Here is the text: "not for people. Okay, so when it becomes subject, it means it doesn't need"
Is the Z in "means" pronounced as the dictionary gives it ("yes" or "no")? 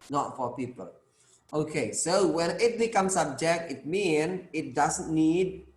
no